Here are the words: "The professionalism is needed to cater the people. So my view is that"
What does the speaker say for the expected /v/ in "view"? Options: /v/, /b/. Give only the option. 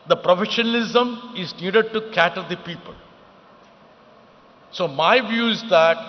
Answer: /v/